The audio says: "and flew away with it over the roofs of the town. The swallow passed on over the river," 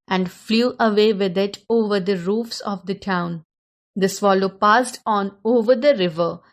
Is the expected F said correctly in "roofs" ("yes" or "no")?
yes